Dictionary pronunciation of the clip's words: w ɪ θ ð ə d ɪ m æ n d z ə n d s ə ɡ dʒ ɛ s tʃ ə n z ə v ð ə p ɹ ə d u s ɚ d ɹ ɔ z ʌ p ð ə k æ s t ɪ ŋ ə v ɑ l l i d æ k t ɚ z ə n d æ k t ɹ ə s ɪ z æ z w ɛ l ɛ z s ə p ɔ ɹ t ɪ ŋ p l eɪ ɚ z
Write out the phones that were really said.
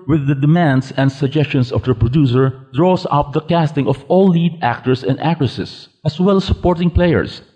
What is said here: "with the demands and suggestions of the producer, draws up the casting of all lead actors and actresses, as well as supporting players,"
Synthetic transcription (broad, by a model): w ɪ ð ə d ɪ m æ n d s ə n d s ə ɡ dʒ ɛ s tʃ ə n s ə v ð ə p ɹ ə d u s ɚ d ɹ ɔ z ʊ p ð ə k æ s t ɪ ŋ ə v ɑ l l i d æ k t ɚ s ə n d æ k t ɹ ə s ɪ s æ s w ɛ l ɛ s ə p ɔ ɹ t ɪ ŋ p l eɪ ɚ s